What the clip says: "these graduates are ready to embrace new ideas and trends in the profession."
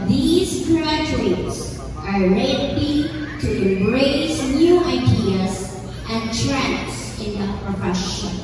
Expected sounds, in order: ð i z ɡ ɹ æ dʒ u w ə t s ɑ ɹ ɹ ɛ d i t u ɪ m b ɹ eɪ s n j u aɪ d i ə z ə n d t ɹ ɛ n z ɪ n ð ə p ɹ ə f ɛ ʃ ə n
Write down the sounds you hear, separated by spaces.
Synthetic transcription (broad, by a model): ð i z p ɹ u u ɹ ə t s ɑ ɹ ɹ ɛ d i t u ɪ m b ɹ eɪ s n j u aɪ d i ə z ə n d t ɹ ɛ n s ɪ n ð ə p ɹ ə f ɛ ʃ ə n